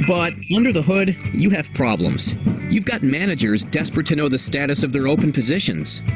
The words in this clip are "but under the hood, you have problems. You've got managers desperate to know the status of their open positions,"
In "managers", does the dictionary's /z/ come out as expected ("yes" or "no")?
yes